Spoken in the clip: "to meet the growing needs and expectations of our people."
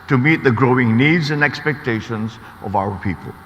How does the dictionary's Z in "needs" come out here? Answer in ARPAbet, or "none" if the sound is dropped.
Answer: Z